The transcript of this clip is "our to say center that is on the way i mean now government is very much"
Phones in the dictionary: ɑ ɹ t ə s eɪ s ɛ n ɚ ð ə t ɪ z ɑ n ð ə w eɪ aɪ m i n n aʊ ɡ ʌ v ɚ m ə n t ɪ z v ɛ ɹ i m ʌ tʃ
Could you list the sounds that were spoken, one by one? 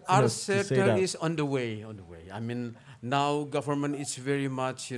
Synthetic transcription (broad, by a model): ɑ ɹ s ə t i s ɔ n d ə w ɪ ɑ n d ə w eɪ aɪ m i n n aʊ ɡ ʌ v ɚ m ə n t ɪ s v ɛ ɹ i m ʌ tʃ